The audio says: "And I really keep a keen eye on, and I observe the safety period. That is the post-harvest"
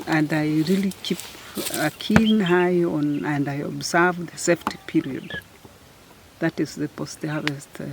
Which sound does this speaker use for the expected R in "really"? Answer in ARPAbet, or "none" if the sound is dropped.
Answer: R